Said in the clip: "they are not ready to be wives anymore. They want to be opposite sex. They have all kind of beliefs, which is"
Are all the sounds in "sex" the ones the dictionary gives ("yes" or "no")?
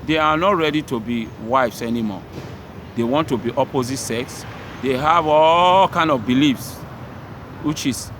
yes